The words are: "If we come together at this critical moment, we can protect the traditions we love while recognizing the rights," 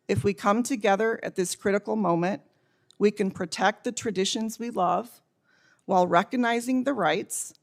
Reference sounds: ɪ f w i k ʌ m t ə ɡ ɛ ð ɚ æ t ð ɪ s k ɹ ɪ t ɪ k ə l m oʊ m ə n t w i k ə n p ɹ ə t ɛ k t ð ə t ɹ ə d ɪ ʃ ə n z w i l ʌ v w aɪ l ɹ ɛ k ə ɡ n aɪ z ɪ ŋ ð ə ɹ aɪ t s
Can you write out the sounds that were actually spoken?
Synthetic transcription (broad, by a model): ɪ f w i k ʌ m t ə ɡ ɛ ð ɚ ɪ t ð ɪ s k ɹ ɪ t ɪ k l m oʊ m ə n t w i k ə n p ɹ ə t ɛ k t ð ə t ɹ ə d ɪ ʃ ə n z w i l ʌ v w aɪ l ɹ ɛ k ə ɡ n aɪ z ɪ ŋ ð ə ɹ aɪ t s